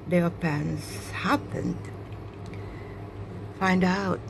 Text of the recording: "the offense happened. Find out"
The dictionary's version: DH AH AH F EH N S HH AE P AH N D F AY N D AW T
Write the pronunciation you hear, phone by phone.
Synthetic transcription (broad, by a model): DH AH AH P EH N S HH AE P AH N D F AY N D AW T